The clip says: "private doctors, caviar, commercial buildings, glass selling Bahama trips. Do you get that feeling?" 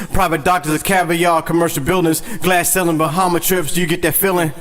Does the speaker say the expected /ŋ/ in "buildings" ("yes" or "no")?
no